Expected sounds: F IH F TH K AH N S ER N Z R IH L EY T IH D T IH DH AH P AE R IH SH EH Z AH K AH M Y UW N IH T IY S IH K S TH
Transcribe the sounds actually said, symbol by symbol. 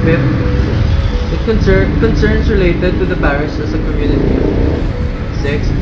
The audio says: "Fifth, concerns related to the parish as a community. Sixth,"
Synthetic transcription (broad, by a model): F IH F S K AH N S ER N S R IH L EY T IH D T IH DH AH B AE R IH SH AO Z AH K AH M Y UW N IH T IY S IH K S